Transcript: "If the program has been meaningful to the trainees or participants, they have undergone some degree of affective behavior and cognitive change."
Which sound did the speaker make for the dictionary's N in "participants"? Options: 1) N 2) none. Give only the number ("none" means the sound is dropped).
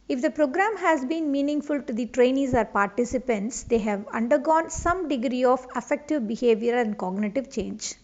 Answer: 1